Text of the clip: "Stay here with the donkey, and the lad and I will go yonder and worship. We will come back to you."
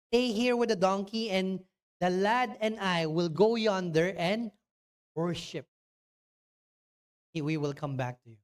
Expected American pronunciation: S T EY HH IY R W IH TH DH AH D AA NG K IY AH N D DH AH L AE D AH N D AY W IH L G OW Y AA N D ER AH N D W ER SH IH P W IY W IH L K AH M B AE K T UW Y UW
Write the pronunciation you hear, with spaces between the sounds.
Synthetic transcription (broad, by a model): T EY HH IY R W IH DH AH D AA NG K IY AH N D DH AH L AE D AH N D AY W IH L G OW Y AA N D ER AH N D W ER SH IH P W IY W IH L K AH M B AE K T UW Y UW